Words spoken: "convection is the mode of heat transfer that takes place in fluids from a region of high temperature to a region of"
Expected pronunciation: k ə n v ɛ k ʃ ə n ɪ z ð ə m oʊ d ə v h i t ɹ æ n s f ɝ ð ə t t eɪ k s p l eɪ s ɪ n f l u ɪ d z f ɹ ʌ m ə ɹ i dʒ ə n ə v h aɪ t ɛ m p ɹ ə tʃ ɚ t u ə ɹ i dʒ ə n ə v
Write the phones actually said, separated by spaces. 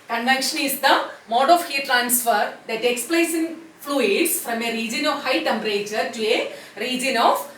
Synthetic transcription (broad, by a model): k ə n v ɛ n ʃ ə n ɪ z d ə m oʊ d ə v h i t ɹ æ n s f ɝ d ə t t eɪ k s p l eɪ s ɪ n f l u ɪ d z f ɹ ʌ m ə ɹ i dʒ ə n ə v h aɪ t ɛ m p ɹ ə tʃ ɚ t u ə ɹ i dʒ ə n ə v